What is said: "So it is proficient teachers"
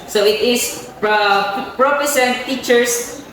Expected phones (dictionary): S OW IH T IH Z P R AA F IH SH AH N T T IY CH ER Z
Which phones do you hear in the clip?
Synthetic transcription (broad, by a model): S OW IH T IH S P R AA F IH S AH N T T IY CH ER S